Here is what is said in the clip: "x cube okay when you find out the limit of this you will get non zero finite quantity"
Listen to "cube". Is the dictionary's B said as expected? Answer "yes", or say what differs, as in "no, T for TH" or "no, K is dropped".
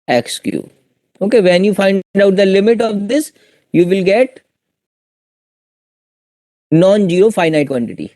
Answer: no, B is dropped